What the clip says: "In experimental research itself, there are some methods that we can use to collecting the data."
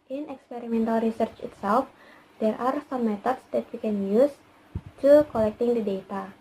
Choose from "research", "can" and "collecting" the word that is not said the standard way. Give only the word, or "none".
none